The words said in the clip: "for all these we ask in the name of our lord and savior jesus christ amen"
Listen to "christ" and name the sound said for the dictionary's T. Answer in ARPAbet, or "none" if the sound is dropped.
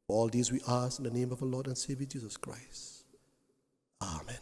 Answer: T